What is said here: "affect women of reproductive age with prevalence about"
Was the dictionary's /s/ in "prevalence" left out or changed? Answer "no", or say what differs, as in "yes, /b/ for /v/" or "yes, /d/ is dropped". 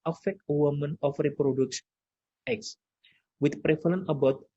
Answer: yes, /s/ is dropped